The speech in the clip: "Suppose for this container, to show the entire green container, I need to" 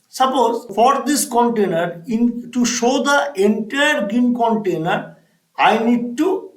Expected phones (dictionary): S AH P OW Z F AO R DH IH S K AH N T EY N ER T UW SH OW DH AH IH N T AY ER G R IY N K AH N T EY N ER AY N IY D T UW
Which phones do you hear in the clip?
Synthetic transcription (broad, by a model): S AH P OW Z F AO R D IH S K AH N T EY N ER T UW SH OW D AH IH N T AY ER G IY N K AH N T EY N ER AY N IY D T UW